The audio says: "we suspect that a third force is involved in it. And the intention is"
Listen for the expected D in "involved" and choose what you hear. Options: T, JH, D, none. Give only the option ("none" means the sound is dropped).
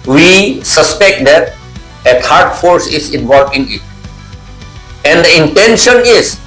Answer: none